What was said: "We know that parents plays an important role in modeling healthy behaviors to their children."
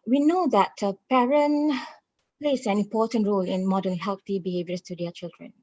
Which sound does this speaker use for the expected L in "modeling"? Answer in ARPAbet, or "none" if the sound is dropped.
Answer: none